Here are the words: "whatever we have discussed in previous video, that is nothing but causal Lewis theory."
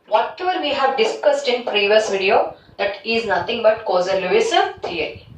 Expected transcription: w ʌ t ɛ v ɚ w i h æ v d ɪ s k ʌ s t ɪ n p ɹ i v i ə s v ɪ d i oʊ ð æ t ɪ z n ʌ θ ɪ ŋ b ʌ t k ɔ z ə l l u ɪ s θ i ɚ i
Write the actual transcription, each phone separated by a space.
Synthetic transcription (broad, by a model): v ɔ t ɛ v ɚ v i h æ v d ɪ s k ʌ s t ɪ n p ɹ i v i ə s v ɪ d i oʊ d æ t ɪ z n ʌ t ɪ ŋ b ʌ t k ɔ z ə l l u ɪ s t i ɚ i